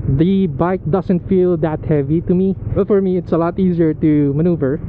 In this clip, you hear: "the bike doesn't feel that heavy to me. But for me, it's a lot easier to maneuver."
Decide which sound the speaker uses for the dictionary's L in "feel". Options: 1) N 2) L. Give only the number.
2